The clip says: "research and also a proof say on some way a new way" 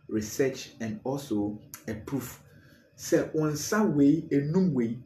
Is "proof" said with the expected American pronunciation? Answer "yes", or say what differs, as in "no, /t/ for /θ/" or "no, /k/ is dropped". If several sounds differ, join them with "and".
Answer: yes